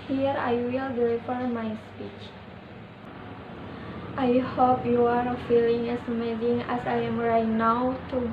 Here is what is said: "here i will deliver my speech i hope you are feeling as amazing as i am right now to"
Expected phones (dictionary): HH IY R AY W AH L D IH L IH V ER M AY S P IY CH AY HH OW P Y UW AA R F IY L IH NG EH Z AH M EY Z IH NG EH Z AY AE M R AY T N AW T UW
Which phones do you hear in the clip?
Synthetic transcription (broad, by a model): HH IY R AY W AH L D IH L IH F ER M AY S P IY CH AY HH OW P Y UW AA R F IY L IH NG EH S AH M EY Z IH NG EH S AY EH M R AY T N AW T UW